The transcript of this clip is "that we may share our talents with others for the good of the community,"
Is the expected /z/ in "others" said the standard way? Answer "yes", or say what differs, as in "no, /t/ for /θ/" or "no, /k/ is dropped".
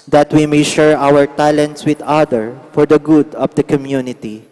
no, /z/ is dropped